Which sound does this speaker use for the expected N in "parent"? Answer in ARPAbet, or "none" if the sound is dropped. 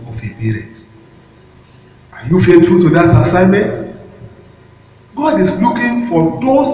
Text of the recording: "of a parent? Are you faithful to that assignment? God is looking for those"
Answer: none